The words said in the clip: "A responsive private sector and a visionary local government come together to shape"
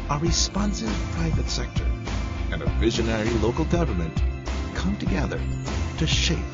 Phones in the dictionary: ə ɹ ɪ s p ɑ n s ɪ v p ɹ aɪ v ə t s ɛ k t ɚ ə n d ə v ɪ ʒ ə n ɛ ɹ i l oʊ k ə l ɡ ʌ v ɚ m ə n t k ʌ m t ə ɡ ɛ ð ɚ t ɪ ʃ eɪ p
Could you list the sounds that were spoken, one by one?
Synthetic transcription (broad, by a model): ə ɹ ɪ s p ɑ n s ɪ v p ɹ aɪ v ə t s ɛ k t ɚ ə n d ə v ɪ ʒ ə n ɛ ɹ i l oʊ k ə l ɡ ʌ v ɚ m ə n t k ʌ m t ə ɡ ɛ ð ɚ t ɪ ʃ eɪ p